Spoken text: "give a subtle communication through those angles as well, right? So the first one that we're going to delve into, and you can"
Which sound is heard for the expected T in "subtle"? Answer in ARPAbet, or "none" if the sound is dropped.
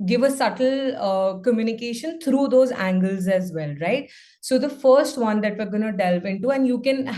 T